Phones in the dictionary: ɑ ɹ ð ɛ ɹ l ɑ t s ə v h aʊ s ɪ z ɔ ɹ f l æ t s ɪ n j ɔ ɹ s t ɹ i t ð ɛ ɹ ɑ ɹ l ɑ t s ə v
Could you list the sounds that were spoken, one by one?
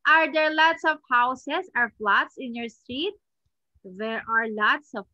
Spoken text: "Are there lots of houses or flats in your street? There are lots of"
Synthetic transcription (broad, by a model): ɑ ɹ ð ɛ ɹ l ɑ t s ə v h aʊ s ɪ s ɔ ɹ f l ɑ t s ɪ n j ɔ ɹ s t ɹ i t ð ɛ ɹ ɑ ɹ l ɑ t s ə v